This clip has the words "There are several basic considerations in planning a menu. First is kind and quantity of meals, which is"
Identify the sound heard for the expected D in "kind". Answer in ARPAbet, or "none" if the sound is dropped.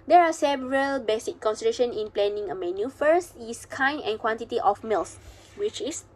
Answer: none